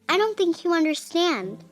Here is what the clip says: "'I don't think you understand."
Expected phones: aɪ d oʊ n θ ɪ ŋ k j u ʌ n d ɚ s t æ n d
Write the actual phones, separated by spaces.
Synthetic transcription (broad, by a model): aɪ d oʊ n θ ɪ ŋ k j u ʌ n d ɚ s t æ n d